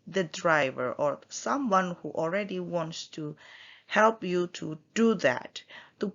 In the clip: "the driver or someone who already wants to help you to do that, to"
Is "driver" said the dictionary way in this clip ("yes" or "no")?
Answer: yes